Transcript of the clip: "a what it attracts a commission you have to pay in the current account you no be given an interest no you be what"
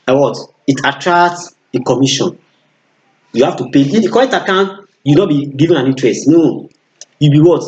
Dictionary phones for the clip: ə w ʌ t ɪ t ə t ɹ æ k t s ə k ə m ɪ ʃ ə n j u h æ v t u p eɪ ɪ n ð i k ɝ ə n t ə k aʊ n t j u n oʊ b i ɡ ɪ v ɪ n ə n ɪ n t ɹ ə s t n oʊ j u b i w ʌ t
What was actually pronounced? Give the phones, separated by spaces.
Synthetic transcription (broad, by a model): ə w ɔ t ɪ t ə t ɹ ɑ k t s ə k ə m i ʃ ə n j u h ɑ f t u p eɪ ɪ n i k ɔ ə t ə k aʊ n j u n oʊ b i ɡ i v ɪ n ə n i n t ɹ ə s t n oʊ j u b i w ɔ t